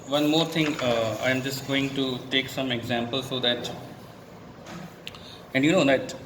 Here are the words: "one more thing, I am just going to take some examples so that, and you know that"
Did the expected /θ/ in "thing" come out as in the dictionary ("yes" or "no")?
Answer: no